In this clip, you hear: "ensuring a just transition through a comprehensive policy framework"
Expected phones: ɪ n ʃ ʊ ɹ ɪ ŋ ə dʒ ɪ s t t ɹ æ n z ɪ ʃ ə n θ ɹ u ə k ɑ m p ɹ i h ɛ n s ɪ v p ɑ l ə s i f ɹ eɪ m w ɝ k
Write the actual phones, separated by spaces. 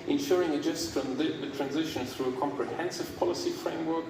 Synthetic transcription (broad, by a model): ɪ n ʃ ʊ ɹ ɪ ŋ ə dʒ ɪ s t t ɹ æ n z ɪ ʃ ə n θ ɹ u ə k ɑ m p ɹ i h ɛ n s ɪ v p ɑ l ə s i f ɹ eɪ m w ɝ k